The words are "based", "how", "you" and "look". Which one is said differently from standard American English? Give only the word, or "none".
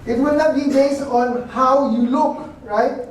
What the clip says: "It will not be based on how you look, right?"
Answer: based